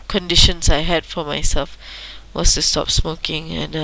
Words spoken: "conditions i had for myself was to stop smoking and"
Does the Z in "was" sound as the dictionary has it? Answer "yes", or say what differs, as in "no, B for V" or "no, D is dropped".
no, S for Z